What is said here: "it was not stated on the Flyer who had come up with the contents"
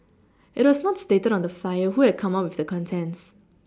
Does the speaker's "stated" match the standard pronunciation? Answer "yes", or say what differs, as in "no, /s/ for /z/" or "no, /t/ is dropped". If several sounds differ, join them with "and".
yes